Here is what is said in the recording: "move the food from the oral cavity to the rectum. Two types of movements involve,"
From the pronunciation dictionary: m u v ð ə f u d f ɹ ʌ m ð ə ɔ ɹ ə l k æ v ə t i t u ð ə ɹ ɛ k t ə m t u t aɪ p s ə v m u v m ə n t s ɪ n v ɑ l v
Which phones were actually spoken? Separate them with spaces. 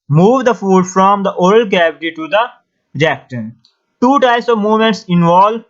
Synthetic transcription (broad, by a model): m u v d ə f u d f ɹ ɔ m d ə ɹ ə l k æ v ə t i t u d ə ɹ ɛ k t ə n t u t aɪ p s ə v m u v m ə n t s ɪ n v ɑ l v